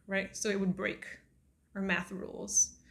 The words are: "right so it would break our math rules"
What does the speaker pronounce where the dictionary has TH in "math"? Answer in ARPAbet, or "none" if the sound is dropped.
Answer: TH